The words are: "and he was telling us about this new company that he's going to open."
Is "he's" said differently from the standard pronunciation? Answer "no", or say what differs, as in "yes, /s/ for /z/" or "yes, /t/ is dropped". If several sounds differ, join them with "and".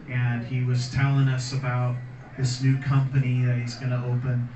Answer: no